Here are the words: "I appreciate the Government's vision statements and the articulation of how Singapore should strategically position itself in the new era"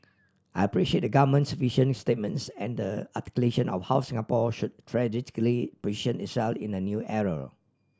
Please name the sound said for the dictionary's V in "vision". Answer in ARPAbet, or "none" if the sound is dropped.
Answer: F